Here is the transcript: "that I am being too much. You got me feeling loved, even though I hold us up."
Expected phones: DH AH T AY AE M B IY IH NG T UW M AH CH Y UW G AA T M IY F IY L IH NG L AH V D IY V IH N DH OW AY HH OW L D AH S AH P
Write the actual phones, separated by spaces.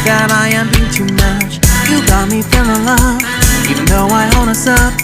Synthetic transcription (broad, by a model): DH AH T AY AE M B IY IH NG T UW M AH CH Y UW G AA T M IY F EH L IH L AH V IY V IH N DH OW AY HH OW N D AH S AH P